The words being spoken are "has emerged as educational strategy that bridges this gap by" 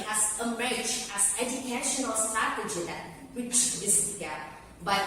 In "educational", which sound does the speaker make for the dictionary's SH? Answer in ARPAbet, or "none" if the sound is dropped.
SH